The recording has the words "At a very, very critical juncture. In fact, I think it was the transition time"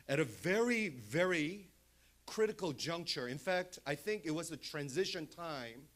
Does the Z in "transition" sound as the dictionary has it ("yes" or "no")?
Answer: yes